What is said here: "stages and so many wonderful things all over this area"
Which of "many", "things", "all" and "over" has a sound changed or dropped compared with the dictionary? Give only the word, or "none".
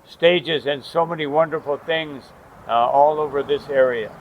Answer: none